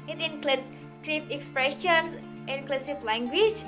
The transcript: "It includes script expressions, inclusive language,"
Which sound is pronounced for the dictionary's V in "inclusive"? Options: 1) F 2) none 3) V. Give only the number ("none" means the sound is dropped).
1